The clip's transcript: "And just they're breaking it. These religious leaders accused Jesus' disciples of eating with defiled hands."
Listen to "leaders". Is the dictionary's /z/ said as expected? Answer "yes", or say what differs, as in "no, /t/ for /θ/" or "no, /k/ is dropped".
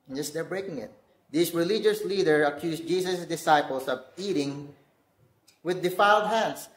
no, /z/ is dropped